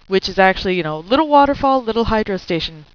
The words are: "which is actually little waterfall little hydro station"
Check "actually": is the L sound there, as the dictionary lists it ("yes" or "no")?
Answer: no